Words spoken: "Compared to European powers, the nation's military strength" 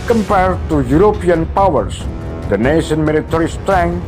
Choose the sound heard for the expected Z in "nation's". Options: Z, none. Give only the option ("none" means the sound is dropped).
none